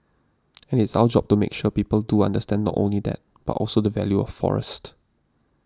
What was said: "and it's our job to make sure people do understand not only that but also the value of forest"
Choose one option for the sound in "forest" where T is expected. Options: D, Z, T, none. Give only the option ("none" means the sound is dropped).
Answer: T